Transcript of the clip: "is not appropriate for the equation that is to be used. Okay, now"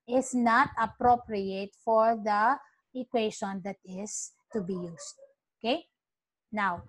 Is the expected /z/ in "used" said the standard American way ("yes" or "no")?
no